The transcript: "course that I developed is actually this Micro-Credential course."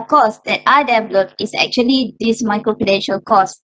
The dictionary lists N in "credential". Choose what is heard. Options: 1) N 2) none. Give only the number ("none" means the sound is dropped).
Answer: 2